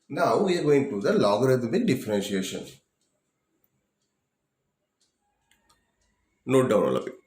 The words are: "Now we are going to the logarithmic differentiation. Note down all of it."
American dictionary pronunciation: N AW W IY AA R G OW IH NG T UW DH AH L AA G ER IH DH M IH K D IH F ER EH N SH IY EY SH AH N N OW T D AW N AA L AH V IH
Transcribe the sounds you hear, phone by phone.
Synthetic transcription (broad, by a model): N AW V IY AA R G OW IH NG T UW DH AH L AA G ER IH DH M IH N D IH F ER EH N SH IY EY SH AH N N OW T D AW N AA L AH P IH